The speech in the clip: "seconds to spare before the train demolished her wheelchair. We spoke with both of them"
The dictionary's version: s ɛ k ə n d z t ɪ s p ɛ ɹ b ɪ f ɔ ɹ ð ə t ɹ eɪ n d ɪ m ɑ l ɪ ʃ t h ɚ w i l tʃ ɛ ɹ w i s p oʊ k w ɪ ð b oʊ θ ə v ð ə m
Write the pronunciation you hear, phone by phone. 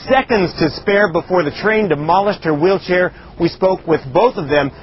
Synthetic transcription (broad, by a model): s ɛ k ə n d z t ɪ s p ɛ ɹ b ɪ f ɔ ɹ ð ə t ɹ eɪ n d ɪ m ɑ l ɪ ʃ t h ɚ w i l tʃ ɛ ɹ w i s p oʊ k w ɪ ð b oʊ θ ə v ð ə m